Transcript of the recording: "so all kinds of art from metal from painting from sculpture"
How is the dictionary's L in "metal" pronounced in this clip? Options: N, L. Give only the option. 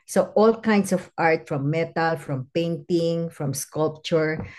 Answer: L